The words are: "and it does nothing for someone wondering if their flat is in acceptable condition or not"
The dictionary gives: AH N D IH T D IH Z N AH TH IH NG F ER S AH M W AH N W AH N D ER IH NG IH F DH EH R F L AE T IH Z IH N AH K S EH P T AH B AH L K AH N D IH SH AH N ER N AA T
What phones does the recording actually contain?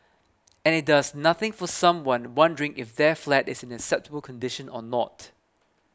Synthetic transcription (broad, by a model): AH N IH T D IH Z N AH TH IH NG F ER S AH M W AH N W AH N D ER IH NG IH F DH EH F L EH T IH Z IH N AH K S EH P T AH B AH L K AH N D IH SH AH N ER N AA T